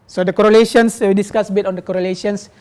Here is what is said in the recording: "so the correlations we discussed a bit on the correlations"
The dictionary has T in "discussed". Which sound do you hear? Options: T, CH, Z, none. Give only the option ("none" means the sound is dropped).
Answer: none